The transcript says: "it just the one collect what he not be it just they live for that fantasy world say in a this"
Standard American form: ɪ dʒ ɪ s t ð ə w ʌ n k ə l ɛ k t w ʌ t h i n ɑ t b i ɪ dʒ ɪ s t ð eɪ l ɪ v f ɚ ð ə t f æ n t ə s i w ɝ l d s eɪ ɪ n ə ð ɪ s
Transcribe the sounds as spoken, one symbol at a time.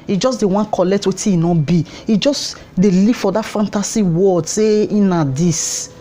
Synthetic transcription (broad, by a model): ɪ dʒ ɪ s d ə w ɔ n k ə l ɛ k t w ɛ t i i n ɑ b i ɪ dʒ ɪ s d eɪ l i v f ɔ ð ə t f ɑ n t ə s i w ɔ d s eɪ ɪ n ə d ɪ s